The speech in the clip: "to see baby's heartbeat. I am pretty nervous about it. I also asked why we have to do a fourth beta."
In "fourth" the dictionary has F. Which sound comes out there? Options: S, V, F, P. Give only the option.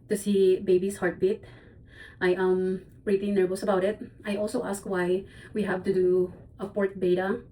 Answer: P